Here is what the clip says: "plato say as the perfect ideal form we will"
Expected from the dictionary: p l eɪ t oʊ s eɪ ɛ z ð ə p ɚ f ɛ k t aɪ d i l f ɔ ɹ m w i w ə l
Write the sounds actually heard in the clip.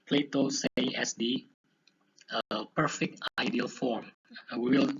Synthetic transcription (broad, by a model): p l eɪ t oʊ s eɪ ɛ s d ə p ɚ f ɛ k t aɪ d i l f ɔ ɹ m w i w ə l